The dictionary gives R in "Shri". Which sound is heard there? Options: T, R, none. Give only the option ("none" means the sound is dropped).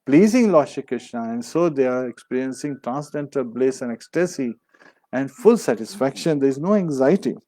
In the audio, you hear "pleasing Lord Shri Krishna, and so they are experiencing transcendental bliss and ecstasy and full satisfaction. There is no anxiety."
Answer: none